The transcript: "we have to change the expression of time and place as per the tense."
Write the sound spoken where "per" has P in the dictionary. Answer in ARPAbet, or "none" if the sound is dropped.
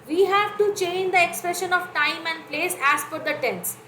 F